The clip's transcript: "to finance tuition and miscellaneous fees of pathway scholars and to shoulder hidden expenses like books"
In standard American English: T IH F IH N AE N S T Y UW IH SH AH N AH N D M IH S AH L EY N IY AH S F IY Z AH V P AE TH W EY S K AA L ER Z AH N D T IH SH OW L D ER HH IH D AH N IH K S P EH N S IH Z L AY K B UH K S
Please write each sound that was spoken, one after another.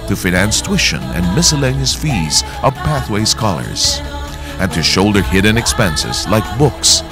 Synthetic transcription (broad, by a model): T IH F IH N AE N S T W IH SH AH N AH N M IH S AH L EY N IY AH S F IY Z AH V P AE TH W EY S K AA L ER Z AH N T IH SH OW L D ER HH IH D N IH K S P EH N S IH Z L AY K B UH K S